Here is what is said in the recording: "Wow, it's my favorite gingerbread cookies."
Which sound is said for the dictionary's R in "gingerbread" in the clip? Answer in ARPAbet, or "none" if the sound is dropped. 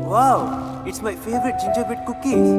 none